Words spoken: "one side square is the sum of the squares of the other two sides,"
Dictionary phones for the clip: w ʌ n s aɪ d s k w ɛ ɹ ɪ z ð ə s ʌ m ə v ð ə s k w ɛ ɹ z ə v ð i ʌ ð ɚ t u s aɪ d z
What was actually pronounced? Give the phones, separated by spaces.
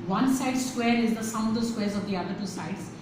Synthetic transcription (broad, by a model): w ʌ n s aɪ d s k w ɛ ɹ ɪ z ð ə s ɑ ə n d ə s k w ɛ ɹ z ə v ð i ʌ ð ɚ t u s aɪ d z